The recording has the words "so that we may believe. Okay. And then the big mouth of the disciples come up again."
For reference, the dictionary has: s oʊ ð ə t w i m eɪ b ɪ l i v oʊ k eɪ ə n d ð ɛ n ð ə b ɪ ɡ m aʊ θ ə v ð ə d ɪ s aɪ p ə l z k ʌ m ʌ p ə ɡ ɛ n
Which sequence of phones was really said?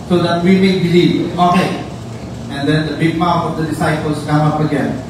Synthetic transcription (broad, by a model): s oʊ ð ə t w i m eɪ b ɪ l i oʊ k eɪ ə n d ɛ n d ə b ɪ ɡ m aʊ f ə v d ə d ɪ s aɪ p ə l s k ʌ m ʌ p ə ɡ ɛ n